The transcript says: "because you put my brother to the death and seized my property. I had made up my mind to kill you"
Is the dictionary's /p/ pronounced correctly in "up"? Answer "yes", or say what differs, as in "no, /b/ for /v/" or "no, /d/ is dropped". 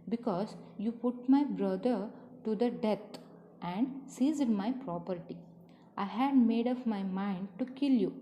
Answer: no, /f/ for /p/